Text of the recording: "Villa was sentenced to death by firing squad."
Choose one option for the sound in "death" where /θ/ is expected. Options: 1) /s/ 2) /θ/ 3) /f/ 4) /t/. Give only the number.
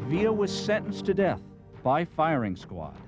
2